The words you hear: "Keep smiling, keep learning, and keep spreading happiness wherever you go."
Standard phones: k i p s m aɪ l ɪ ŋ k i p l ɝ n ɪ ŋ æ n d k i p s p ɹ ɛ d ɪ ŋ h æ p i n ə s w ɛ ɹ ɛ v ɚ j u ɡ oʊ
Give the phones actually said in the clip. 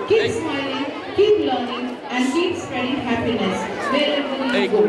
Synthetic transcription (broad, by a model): k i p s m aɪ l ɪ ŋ k i p l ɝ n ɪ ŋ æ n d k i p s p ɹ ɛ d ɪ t h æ p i n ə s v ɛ l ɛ b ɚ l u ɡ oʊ